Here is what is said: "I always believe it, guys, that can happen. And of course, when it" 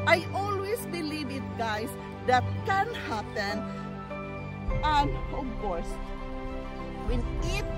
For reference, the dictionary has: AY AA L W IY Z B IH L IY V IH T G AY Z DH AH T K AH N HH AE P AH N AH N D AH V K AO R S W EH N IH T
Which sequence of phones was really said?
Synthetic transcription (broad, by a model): AY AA L W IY S B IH L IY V IH T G AY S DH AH T K AH N HH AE P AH N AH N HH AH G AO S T W EH N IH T